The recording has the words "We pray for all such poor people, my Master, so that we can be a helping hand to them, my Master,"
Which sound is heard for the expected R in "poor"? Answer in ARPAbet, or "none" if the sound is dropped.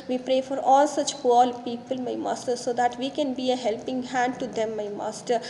L